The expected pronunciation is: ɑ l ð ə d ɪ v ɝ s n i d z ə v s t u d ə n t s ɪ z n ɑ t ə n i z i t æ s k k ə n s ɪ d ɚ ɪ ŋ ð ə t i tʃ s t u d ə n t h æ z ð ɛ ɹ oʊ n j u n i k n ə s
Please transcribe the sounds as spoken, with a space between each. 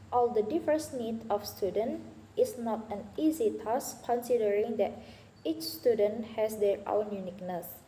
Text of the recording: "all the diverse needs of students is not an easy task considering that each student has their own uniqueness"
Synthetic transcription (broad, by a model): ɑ l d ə d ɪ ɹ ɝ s n i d ə f s t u d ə n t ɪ s n ɑ t ə n i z i t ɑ s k k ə n s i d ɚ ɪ ŋ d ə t i tʃ s t u d ə n t h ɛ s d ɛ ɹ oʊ n j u n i k n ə s